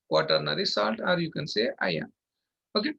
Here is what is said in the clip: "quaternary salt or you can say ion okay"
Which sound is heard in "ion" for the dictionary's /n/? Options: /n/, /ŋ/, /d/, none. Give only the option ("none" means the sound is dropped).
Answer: none